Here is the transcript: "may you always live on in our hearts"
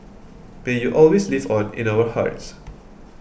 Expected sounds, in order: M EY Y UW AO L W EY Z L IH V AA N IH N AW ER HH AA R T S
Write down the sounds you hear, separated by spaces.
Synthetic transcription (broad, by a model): M EY Y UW AO L W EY S L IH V AA N IH N AW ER HH AA R T S